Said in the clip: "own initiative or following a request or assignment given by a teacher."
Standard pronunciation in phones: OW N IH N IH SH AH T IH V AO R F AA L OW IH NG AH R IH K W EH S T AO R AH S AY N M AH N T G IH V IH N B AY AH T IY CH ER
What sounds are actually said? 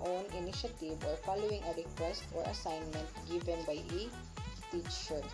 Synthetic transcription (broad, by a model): OW N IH N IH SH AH T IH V AO R F AA L OW IH NG AH R IH K W EH S T AO R AH S AY N M AH N T G IH V IH N B AY AH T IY CH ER